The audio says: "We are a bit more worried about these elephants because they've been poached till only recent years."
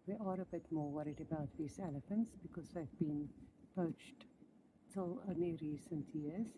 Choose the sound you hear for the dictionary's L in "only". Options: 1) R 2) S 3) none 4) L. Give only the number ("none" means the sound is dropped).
3